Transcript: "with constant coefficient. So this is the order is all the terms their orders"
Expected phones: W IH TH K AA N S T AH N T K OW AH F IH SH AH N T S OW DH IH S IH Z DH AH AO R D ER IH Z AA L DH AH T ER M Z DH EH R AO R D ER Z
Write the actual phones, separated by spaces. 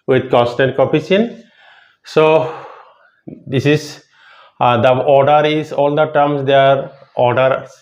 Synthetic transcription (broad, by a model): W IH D K AA N S T AH N T K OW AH P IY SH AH N S OW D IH S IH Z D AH AO R D ER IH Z AA L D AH T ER M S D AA R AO R D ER